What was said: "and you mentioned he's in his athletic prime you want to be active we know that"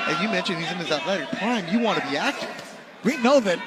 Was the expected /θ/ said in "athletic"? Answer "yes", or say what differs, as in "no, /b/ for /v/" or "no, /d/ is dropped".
no, /t/ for /θ/